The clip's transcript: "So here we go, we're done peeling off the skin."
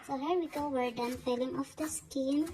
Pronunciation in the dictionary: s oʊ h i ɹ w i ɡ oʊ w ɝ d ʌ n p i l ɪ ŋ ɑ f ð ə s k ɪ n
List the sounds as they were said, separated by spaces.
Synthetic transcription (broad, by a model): s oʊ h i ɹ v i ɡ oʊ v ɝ d ʌ n f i l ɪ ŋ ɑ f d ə s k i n